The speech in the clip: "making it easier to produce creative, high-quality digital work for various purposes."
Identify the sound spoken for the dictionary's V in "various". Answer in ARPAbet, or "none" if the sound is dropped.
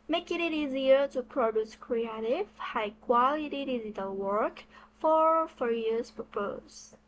F